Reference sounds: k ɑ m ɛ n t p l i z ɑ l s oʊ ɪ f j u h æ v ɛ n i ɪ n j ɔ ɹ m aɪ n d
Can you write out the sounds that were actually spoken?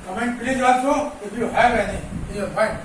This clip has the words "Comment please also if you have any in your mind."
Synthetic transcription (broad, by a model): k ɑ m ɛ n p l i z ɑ s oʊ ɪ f j u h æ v ɛ n i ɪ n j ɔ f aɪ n